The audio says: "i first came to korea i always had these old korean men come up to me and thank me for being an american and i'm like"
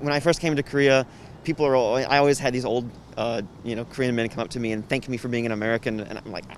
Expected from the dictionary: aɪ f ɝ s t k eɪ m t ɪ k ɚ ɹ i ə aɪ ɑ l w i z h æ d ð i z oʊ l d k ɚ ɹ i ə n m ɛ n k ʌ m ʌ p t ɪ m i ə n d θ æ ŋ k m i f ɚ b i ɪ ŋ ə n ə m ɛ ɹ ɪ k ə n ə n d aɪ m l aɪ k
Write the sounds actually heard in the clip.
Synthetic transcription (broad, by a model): aɪ f ɝ s k eɪ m t ɪ k ɚ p i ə aɪ ɑ l w i z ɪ d ð i z oʊ l d k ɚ ɹ i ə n m ɛ n k ʌ m ʌ p t ɪ m i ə n θ æ ŋ k m i f ɚ b i ɪ ŋ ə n ə m ɛ ɹ ɪ k ə n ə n aɪ m l aɪ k